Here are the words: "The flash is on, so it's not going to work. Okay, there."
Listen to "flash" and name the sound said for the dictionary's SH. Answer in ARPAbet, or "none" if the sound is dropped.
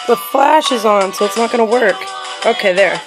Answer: SH